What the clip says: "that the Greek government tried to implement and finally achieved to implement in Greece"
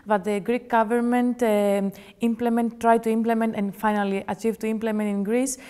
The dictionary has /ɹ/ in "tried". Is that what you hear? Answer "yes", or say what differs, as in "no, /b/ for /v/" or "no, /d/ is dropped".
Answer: yes